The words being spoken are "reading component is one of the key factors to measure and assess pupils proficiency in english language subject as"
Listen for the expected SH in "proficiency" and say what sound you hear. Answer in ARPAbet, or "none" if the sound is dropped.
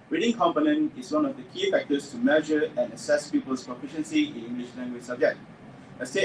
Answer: SH